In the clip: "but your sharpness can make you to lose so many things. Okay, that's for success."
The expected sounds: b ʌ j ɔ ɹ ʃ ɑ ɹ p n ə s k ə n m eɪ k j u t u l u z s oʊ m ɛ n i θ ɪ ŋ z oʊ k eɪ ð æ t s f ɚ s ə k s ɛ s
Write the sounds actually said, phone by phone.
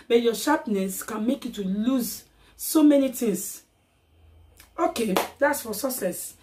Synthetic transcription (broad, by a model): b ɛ j ɔ ʃ ɑ p n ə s k ə n m eɪ k j u t u l u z s oʊ m ɛ n i t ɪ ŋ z oʊ k eɪ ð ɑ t s f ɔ s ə s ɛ s